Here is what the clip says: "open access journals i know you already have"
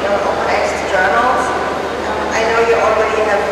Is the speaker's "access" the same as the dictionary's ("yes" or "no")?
no